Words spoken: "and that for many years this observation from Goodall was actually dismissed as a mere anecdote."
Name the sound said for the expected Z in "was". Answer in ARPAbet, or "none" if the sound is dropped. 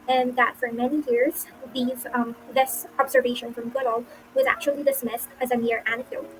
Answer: Z